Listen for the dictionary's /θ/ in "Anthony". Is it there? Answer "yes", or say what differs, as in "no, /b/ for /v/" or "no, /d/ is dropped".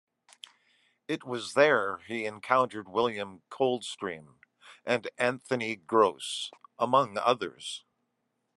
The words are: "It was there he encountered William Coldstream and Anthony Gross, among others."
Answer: yes